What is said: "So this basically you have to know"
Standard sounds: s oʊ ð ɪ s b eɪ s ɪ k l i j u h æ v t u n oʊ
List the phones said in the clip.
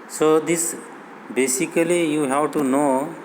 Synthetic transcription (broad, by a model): s oʊ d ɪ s b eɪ s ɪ k l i j u h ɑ w t u n oʊ